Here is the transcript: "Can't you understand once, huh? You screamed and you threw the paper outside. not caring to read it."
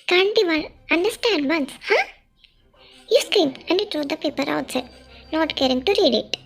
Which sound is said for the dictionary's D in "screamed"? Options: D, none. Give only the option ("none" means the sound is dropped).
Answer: none